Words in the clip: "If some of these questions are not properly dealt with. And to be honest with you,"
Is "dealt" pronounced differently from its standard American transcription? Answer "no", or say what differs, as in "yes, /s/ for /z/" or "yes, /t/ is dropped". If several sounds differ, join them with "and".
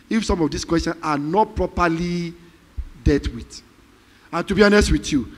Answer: yes, /l/ is dropped